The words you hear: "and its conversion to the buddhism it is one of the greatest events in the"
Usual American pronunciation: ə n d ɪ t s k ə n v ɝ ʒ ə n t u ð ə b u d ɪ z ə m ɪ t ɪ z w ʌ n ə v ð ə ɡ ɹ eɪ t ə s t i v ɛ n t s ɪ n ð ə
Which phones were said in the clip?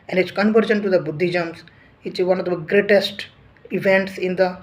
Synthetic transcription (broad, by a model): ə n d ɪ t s k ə n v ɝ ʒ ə n t u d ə b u d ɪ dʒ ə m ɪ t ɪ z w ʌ n ə v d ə ɡ ɹ eɪ t ə s t i v ɛ n t s ɪ n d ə